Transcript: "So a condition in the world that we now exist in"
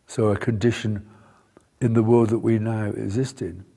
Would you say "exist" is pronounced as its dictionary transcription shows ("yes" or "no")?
yes